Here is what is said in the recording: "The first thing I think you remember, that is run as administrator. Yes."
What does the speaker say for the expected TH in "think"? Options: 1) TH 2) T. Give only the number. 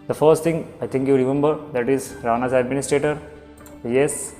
2